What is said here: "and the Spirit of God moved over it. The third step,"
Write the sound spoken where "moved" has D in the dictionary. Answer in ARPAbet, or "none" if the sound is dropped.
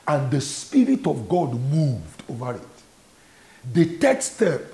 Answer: D